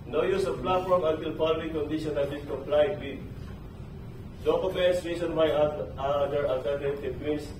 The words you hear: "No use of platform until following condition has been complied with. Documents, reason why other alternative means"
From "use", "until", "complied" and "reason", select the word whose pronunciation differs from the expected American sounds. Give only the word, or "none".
reason